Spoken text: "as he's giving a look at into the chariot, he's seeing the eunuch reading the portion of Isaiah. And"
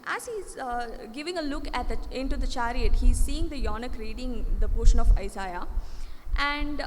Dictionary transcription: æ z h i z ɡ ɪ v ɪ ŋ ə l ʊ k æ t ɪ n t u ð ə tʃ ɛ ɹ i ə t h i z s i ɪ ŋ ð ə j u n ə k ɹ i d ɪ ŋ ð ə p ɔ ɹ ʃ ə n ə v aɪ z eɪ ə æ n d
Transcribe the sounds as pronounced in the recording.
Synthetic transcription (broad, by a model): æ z h i z ɡ ɪ v ɪ ŋ ə l ʊ k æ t ɪ n t u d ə tʃ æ ɹ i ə t h i z s i ɪ ŋ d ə j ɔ n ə k ɹ i d ɪ ŋ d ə p ɔ ɹ ʃ ə n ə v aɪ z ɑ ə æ n d